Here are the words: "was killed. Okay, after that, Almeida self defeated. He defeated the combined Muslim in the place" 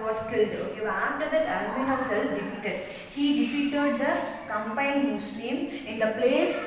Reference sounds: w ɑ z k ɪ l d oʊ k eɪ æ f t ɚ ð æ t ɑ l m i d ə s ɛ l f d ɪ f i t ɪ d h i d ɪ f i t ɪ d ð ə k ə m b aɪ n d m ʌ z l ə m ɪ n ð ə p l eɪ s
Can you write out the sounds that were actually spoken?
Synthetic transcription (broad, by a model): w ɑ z k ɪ l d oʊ ɑ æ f t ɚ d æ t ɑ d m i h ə s ɛ l f d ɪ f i t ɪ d h i d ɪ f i t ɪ d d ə k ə m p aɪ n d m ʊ s l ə m ɪ n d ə p l eɪ s